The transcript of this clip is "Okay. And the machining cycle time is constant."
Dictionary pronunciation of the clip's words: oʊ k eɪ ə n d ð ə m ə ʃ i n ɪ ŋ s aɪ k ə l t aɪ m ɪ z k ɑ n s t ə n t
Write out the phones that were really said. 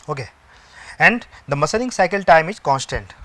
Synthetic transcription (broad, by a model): oʊ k eɪ ə n d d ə m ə s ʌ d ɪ ŋ s aɪ k ə l t aɪ m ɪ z k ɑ n s t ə n t